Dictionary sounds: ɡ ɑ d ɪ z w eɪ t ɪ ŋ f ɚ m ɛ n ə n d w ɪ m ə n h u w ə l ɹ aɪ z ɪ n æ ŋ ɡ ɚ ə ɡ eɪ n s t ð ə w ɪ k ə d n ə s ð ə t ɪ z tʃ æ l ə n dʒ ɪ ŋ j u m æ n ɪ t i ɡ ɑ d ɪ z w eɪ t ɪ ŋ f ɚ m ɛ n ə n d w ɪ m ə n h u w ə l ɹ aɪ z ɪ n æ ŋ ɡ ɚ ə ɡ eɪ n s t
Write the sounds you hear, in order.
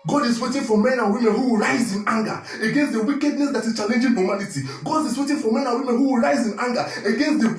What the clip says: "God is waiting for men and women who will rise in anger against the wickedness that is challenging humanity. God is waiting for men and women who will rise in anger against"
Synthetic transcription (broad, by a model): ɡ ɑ d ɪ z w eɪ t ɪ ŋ f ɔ m ɛ n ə n w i m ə n h u w ə l ɹ aɪ z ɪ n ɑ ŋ ɡ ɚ ə ɡ eɪ n s t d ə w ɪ k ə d n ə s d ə t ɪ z tʃ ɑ l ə n dʒ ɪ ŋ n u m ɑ l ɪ t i ɡ ɑ d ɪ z w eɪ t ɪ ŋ f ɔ m ɛ n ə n w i m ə n h u w ə l ɹ aɪ z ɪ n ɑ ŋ ɡ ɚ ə ɡ eɪ n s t